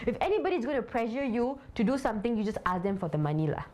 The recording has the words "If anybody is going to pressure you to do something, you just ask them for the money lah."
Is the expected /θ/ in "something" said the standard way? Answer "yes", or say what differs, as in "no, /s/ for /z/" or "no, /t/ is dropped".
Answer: no, /t/ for /θ/